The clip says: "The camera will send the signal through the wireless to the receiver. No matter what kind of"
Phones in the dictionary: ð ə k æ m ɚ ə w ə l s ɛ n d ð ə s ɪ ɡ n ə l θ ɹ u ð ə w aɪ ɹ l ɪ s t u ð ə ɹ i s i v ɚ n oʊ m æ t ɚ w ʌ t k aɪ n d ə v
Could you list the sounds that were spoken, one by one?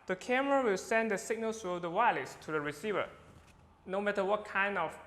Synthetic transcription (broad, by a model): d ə k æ m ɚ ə w ə l s ɛ n d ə s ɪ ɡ n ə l s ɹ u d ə w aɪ l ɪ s t u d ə ɹ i s i v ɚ n oʊ m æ t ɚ w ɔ t k aɪ n d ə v